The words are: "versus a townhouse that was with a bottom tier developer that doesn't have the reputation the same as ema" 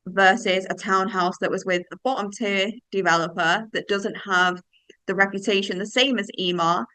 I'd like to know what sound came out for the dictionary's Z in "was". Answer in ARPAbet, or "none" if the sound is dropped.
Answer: Z